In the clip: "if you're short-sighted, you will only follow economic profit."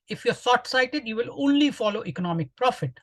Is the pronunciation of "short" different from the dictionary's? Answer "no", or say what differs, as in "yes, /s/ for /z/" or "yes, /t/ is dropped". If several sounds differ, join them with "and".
yes, /s/ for /ʃ/